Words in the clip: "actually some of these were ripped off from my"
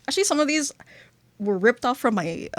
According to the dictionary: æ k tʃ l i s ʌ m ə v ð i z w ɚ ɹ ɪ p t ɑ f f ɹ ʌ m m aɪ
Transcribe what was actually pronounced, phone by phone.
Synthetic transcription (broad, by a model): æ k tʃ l i s ʌ m ə v ð i z w ɚ ɹ ɪ p t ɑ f f ɹ ʌ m m aɪ